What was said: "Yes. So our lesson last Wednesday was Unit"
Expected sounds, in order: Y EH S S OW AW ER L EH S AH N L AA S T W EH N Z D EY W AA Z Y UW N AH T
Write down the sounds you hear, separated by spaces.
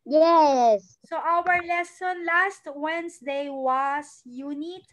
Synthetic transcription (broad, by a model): Y EH S S OW AW ER L EH S AH N L AA S T W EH N S D EY W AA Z Y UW N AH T